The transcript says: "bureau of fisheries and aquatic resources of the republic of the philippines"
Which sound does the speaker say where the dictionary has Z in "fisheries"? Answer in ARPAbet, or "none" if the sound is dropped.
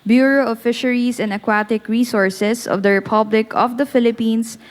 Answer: S